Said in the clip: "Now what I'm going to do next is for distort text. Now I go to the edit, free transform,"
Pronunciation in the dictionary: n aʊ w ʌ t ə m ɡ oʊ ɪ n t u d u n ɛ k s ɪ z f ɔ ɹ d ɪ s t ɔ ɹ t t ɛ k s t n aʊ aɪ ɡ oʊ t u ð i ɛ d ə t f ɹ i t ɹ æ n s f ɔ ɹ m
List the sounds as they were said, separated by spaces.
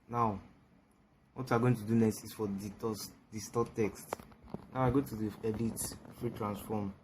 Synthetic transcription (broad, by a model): n aʊ w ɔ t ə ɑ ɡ oʊ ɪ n t u d u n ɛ s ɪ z f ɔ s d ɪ s t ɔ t t ɛ k s t n aʊ aɪ ɡ oʊ t u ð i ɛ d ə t f ɹ i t ɹ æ n s f ɔ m